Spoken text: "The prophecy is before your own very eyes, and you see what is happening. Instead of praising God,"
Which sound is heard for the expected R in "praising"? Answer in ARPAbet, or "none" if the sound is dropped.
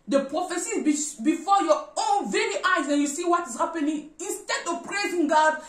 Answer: R